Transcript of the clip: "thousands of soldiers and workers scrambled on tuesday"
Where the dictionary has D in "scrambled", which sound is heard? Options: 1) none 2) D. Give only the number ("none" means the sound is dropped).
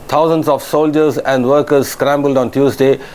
2